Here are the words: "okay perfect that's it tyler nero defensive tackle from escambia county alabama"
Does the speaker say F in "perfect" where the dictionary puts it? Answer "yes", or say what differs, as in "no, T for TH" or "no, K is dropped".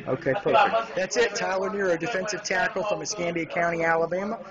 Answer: no, F is dropped